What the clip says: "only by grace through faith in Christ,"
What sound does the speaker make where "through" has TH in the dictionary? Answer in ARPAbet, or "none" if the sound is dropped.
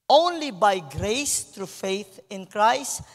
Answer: T